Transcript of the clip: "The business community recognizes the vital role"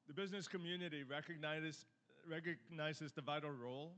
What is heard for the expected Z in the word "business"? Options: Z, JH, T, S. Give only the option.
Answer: Z